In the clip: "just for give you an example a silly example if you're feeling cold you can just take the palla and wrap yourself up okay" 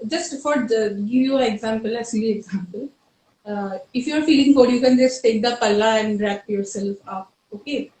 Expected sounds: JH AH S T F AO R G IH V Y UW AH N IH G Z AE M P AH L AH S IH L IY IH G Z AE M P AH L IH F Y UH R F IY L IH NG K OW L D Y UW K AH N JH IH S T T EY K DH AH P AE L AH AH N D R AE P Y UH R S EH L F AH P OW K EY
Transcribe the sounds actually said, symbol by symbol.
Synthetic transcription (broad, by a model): JH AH S T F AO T G IH V Y UW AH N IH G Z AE M P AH L AH S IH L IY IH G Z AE M P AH L IH F Y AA R F IY L IH NG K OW D Y UW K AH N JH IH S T T EY K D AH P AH L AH AH N D R AE P Y UH R S EH L F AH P OW K EY